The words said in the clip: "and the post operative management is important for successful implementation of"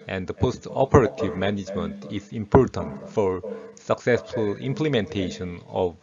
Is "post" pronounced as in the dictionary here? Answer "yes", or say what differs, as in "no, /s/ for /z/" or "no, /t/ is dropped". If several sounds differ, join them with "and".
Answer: yes